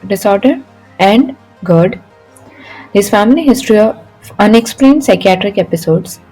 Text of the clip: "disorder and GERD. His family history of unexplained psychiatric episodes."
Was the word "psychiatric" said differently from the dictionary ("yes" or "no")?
no